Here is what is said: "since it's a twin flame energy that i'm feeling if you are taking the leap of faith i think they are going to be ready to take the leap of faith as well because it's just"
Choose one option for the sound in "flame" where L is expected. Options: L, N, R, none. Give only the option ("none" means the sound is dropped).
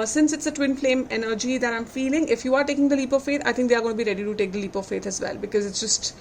L